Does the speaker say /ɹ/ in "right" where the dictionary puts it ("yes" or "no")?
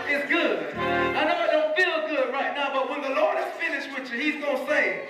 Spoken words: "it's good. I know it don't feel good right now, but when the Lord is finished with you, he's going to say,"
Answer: yes